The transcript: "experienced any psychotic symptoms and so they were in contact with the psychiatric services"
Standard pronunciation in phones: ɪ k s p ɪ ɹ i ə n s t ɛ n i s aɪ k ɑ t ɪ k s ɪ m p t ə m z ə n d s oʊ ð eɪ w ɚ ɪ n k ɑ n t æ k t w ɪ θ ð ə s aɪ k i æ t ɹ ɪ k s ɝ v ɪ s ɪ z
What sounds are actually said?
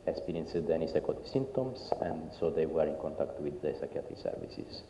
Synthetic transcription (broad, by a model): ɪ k s p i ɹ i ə n s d ɛ n i s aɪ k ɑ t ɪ s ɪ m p t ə m s ə n d s oʊ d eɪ w ɚ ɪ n k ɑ n t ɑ k t w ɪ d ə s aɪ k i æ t ɪ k s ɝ v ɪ s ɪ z